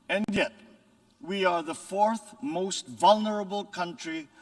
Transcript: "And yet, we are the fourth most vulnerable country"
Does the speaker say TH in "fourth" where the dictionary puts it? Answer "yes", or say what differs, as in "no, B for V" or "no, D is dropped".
yes